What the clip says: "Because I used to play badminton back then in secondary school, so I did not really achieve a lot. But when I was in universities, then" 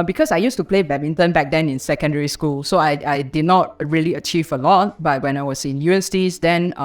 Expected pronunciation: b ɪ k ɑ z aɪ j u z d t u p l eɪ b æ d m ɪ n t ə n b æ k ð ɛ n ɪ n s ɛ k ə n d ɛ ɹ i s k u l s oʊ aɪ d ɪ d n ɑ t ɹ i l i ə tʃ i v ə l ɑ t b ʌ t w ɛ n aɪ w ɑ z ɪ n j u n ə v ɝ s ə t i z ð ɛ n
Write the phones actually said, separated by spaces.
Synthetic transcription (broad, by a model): b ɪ k ɑ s aɪ j u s t u p l eɪ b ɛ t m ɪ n t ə n b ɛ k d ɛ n ɪ n s ɛ k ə n d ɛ ɹ i s k u l s oʊ aɪ d ɪ d n ɑ t ɹ i l i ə tʃ i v ə l ɑ t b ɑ t w ɛ n aɪ w ɑ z ɪ n j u ə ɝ s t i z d ɛ n